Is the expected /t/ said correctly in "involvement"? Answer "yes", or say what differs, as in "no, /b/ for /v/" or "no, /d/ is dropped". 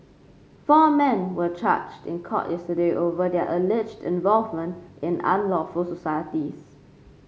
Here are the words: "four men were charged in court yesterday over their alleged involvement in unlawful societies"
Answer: yes